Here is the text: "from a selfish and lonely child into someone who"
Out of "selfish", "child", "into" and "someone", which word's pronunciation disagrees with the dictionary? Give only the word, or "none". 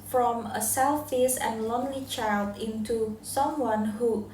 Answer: selfish